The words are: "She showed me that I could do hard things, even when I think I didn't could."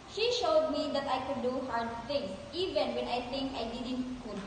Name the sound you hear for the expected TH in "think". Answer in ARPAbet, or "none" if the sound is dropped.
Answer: T